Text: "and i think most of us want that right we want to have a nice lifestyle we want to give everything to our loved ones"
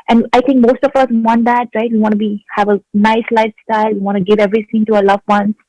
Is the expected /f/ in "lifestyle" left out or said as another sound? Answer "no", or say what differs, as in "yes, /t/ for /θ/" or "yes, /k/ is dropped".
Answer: no